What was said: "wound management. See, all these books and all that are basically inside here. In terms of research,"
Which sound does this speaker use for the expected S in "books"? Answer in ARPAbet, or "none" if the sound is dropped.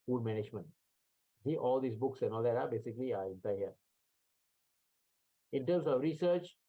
S